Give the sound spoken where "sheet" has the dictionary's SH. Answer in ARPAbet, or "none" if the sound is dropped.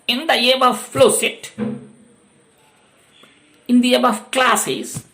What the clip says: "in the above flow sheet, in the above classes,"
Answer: S